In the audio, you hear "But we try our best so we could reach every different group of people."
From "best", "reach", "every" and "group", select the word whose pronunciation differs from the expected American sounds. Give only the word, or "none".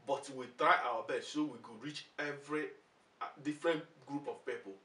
best